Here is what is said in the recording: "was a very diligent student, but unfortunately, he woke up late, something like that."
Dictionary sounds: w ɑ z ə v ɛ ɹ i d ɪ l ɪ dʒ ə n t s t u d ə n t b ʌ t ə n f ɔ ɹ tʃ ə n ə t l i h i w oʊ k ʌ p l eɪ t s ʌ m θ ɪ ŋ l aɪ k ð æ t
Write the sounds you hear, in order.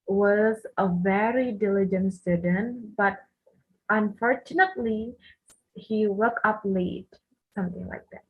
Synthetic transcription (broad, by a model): w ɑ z ə v ɛ ɹ i d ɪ l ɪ dʒ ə n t s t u d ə n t b ʌ t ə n f ɔ ɹ tʃ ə n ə t l i h i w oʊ k ʌ p l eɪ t s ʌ m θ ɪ ŋ l aɪ k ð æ t